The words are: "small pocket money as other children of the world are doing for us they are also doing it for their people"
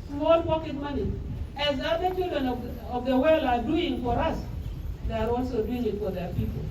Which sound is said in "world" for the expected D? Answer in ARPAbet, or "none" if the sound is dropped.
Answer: none